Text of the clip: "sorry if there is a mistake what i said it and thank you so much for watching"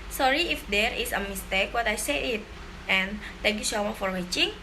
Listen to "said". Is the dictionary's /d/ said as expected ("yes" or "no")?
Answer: no